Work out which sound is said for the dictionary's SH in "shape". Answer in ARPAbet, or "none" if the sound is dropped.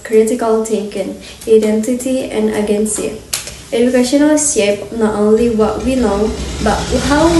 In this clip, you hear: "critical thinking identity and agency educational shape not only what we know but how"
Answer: S